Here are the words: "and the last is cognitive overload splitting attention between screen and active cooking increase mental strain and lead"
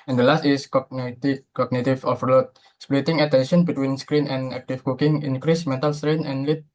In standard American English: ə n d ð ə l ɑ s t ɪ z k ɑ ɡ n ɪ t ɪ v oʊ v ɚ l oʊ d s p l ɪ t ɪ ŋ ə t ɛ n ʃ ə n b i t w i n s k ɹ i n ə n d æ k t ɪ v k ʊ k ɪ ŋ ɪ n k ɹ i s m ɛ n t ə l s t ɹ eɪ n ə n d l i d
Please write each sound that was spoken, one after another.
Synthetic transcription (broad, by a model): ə n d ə l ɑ s t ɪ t k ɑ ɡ n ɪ t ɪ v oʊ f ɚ l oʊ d s p l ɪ t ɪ ŋ ə t ɛ n ʃ ə n b i t w i n s k ɹ i n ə n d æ k t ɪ f k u k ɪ ŋ ɪ n k ɹ i s m ɛ n t ə l s t ɹ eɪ n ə n l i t